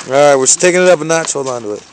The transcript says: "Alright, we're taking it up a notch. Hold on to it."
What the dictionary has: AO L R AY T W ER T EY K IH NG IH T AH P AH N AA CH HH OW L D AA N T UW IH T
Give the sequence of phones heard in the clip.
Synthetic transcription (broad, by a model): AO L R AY T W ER T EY K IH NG IH T AH P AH N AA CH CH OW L AA N T UW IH T